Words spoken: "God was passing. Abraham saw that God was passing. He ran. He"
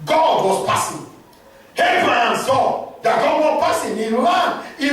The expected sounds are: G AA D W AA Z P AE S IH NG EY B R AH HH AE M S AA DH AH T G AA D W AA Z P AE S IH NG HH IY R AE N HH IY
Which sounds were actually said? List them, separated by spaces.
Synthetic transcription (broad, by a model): G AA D W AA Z P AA S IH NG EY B R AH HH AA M S AA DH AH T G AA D W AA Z P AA S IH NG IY L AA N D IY